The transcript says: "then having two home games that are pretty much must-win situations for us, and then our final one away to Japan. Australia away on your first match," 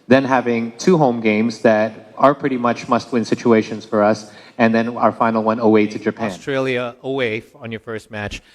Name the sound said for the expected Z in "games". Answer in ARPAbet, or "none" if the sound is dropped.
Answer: Z